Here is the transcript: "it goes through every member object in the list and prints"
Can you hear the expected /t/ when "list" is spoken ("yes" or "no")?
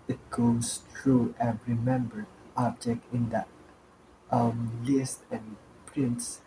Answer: yes